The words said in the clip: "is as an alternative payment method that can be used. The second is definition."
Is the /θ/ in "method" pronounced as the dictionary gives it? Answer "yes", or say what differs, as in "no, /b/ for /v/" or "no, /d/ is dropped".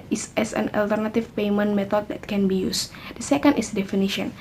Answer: no, /t/ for /θ/